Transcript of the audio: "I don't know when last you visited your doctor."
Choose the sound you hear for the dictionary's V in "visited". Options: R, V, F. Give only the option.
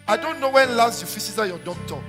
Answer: F